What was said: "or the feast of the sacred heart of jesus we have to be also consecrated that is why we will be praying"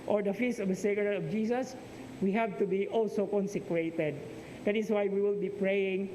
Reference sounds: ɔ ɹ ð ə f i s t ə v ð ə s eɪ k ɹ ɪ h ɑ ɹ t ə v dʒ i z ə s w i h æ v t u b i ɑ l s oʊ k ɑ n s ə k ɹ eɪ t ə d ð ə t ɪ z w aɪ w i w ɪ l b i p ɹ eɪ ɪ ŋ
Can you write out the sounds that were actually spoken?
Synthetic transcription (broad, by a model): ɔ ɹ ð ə f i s ə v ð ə s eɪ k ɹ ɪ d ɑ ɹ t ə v dʒ i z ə s w i h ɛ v t u b i ɑ l s oʊ k ɑ n s ə k ɹ eɪ t ə d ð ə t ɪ s w aɪ w i w ɪ l b i p ɹ eɪ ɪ ŋ